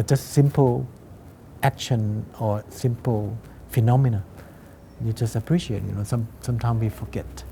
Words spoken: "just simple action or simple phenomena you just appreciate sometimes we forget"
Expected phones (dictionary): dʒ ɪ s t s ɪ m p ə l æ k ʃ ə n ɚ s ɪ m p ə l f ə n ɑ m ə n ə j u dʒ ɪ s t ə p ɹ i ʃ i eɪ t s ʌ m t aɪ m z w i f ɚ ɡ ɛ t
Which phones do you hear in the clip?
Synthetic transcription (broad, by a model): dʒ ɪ s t s ɪ m p ə l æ k ʃ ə n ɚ s ɪ m p ə l f ə n ɑ m ə n ə j u dʒ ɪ s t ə p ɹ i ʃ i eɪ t s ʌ m t aɪ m s w i f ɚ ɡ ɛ t